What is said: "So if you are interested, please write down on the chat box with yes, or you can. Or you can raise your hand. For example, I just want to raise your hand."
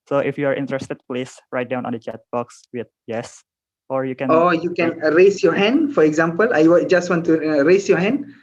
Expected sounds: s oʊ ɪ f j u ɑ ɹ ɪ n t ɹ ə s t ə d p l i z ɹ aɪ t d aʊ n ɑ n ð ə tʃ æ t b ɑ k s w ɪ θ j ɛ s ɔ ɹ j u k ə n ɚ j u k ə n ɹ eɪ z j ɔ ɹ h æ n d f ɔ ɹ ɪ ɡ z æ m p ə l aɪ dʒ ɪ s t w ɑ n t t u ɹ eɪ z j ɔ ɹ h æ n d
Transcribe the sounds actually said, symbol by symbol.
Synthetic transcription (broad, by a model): s oʊ ɪ f j u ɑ ɹ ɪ n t ɹ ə s t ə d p l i s ɹ aɪ t d aʊ n ɑ n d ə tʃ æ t b ɑ k s w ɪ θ j ɛ s ɔ ɹ j u k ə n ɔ j u k ə n ɹ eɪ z j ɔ h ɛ n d f ɔ ɹ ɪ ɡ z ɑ m p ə l aɪ dʒ ɪ s t w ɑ n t t u ɹ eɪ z j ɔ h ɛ n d